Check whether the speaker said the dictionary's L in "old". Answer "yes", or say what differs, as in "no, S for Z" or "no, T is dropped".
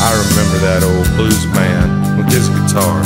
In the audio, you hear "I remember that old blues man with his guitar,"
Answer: yes